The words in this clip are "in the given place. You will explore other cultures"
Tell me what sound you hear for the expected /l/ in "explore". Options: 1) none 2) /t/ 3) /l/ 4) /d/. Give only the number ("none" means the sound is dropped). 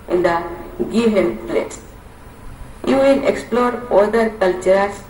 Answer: 3